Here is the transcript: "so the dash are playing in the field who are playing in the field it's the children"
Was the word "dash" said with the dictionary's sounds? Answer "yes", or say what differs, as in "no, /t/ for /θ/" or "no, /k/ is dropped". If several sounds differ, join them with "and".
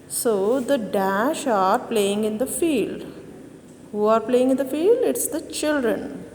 yes